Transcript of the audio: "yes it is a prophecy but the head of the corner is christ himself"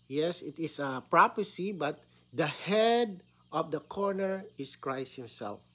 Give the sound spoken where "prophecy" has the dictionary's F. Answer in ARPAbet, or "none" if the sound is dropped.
P